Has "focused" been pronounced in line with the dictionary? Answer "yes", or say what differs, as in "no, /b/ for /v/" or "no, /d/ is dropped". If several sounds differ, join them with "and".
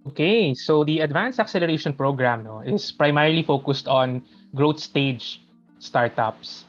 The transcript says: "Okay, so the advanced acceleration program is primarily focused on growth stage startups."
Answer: yes